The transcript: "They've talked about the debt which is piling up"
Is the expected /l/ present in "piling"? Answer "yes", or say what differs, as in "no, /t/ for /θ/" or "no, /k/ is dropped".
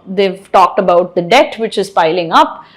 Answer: yes